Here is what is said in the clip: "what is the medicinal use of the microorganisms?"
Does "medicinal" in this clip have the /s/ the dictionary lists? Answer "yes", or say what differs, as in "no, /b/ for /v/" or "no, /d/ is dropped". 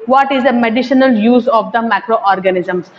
no, /ʃ/ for /s/